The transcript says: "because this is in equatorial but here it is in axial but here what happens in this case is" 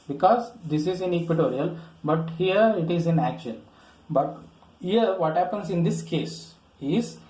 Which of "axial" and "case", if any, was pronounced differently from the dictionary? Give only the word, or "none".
axial